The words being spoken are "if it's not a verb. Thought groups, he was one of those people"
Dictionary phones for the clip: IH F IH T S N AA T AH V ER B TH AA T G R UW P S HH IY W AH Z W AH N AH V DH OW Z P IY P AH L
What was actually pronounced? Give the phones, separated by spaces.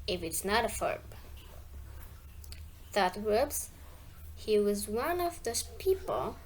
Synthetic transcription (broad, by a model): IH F IH T S N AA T AH F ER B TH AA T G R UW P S HH IY W AH Z W AH N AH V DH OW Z P IY P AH L